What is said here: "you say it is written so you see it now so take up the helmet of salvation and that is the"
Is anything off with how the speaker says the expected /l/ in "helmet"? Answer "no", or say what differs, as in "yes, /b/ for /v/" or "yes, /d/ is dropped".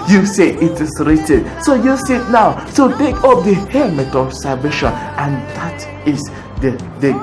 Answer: yes, /l/ is dropped